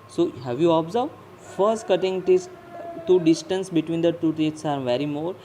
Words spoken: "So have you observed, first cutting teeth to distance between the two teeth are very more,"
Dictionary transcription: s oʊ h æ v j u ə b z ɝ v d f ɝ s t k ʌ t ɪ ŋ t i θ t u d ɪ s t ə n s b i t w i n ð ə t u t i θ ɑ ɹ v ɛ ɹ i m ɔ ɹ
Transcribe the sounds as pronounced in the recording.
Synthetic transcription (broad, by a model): s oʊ h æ v j u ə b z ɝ d f ɝ s t k ʌ t ɪ ŋ t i t t u d ɪ s t ə n s b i t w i n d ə t u t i t ɑ ɹ v ɛ ɹ i m ɔ ɹ